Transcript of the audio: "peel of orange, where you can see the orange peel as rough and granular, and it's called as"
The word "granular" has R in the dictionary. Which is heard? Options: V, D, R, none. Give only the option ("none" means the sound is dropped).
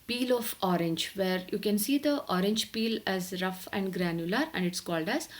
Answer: R